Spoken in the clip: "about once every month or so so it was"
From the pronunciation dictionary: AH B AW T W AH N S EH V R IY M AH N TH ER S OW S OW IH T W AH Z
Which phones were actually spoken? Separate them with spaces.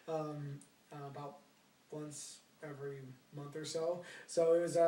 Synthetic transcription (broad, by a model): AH B AW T W AH N S EH V R IY M AH N TH ER S OW S OW IH T W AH Z